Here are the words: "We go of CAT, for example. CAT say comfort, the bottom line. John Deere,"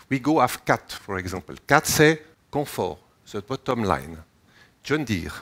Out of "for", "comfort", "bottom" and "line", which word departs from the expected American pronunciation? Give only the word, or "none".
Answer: comfort